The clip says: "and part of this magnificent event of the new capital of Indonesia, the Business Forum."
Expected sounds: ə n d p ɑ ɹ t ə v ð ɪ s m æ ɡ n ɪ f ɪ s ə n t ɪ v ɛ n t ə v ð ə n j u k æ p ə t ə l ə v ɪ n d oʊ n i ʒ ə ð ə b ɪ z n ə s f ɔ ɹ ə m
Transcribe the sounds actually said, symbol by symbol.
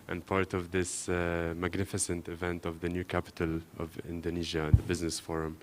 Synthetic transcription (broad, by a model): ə n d p ɑ ɹ t ə v ð ɪ s m æ ɡ n ɪ f ɪ s ə n t ɪ v ɛ n t ə v ð ə n j u k æ p ə t ə l ə v ɪ n d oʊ n i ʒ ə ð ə b ɪ z n ə s f ɔ ɹ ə m